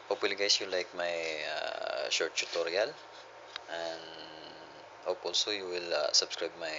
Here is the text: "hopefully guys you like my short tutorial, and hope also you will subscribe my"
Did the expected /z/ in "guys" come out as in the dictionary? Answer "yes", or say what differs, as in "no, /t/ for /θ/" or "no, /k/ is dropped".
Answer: no, /s/ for /z/